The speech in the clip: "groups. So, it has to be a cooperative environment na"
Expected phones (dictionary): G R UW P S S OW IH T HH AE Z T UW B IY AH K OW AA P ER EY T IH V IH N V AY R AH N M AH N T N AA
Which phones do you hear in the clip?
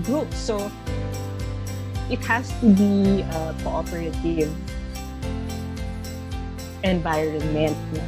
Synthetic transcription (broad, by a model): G R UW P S S OW IH T HH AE S T UW B IY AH K OW AA P ER EY T IH V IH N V AY AH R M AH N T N